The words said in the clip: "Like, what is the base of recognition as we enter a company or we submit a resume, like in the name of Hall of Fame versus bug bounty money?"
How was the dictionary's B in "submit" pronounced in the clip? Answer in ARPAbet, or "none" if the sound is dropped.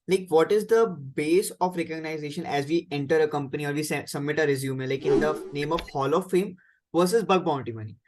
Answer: B